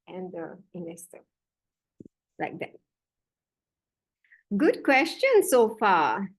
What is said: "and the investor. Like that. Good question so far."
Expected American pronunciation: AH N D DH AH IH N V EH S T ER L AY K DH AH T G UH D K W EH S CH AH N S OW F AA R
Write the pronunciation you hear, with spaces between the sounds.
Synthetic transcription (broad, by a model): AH N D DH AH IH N EH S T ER L AY K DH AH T G UH D K W EH S CH AH N S OW F AA